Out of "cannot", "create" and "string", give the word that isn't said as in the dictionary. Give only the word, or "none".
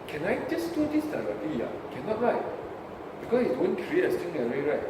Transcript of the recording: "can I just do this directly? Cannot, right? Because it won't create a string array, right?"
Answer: string